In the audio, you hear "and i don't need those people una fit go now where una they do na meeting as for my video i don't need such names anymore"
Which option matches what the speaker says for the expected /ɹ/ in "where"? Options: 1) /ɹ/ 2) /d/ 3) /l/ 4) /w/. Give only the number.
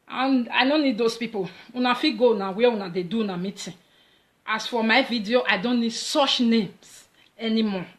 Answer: 4